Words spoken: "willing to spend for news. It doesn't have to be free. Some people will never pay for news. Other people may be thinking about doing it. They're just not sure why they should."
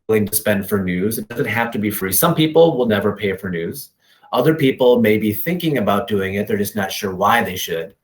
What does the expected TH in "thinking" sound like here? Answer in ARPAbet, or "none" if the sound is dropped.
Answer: TH